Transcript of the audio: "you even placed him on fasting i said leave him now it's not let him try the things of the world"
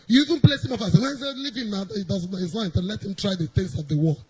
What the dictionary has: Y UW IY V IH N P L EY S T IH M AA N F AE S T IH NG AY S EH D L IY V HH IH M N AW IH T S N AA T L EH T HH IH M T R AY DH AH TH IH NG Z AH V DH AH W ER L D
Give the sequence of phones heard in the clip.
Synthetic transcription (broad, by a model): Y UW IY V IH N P L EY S IH M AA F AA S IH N AY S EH L IY V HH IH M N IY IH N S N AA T L EH T HH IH M T R AY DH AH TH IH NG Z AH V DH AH W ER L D